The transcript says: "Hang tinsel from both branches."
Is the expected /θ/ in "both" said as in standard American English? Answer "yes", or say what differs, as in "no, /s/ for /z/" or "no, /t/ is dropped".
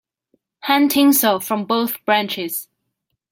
yes